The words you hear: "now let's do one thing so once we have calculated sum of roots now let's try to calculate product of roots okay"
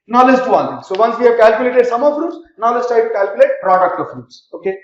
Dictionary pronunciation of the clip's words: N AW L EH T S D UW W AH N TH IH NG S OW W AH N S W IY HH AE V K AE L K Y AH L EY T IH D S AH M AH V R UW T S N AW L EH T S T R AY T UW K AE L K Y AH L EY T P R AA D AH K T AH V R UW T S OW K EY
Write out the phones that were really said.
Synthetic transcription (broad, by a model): N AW L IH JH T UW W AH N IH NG S OW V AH N S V IY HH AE V K AE L K Y AH L EY T IH D S AH M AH F R UW T S N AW L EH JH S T AY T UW K AE L K Y AH L EY T P R AA D AH K T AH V R UW T S OW K EY